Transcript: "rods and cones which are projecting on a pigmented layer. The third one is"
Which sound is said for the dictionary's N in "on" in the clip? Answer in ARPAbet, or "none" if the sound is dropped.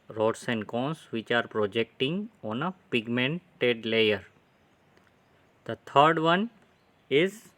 N